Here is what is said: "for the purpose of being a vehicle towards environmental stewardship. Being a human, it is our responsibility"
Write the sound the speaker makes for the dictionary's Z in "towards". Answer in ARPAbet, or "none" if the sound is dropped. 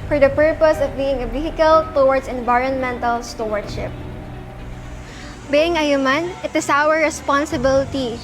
S